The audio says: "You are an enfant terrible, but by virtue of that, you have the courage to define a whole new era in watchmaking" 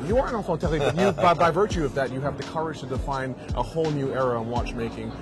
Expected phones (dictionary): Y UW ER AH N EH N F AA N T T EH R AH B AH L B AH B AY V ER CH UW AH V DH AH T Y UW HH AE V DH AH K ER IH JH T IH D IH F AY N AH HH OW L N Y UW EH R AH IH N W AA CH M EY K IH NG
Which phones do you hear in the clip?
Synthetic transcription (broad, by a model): Y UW ER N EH F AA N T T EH L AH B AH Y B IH B AY V ER CH UW AH V DH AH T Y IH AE V DH AH K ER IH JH T IH D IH F AY N AH HH OW L N Y UW EH R AH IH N W AA CH M EY K IH NG